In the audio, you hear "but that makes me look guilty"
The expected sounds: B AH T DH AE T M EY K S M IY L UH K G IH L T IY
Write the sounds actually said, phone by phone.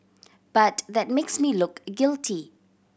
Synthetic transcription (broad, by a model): B AH T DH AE T M EY K S M IY L UH K G IH L T IY